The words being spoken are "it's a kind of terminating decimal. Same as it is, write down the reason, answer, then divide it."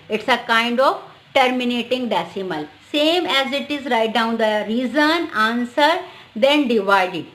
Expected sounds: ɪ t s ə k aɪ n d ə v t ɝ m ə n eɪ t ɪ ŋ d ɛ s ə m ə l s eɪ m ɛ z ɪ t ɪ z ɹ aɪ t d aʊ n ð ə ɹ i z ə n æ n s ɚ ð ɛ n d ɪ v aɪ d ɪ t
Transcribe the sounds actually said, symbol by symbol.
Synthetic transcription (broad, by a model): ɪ t s ə k aɪ n d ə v t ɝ m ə n eɪ t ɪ ŋ d ɛ s ə m ə l s eɪ m ɛ z ɪ t ɪ z ɹ aɪ t d aʊ n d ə ɹ i z ə n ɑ n s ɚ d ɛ n d ɪ v aɪ d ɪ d